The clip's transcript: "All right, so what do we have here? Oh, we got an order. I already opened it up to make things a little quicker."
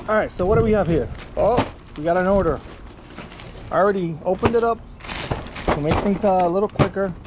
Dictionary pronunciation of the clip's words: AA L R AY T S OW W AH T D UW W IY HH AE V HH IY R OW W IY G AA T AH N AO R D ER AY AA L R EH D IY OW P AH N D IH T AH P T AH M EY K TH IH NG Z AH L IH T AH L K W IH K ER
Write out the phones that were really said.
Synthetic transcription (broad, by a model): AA R AY T S OW W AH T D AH W IY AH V HH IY R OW W IY G AA T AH N AO R D ER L R EH D IY OW P AH N D IH T AH P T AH M EY K TH IH NG Z AH L IH T L K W IH K ER